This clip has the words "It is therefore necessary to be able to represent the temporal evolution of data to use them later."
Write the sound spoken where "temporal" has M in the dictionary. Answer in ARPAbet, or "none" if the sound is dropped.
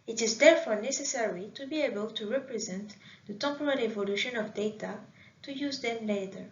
none